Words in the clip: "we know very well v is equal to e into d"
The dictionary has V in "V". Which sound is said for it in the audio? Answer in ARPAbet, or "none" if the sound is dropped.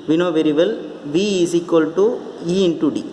V